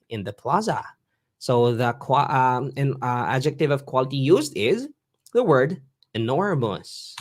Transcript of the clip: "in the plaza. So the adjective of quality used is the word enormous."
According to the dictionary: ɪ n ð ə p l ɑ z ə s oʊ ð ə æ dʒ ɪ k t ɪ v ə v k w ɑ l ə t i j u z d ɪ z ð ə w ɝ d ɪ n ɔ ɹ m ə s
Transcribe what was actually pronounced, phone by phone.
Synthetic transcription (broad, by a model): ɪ n ð ə p l ɑ z ə s oʊ ð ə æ dʒ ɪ k t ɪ v ə v k w ɑ l ə t i j u z d ɪ z ð ə w ɝ d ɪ n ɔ ɹ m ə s